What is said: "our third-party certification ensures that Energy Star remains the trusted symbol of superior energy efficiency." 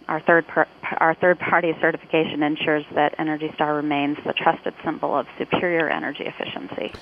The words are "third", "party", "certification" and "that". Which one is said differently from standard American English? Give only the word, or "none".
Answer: none